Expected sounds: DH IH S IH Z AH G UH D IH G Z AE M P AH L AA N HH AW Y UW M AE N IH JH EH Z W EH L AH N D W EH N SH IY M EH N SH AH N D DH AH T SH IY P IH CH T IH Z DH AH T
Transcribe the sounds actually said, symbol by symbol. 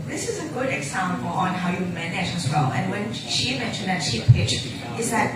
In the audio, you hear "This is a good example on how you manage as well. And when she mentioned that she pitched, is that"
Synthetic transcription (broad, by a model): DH IH S IH Z AH G UH D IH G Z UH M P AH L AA N HH AW Y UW M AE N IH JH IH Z W EH L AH N W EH N SH IY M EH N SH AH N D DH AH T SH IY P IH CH IH Z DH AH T